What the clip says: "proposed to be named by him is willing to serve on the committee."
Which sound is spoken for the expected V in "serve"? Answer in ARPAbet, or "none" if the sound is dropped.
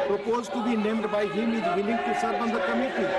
B